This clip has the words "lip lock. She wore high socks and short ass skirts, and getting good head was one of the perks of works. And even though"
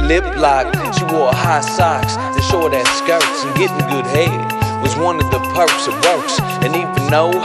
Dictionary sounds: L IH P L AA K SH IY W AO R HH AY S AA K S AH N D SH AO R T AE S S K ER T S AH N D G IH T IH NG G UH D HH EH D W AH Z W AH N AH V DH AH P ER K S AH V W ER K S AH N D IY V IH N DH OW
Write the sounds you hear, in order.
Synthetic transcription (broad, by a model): L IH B L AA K SH IY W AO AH HH AY S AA K S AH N SH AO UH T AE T S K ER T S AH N G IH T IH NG G UH D HH EH D W AH Z W AH N AH V DH AH P ER K S AH V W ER K S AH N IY F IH N OW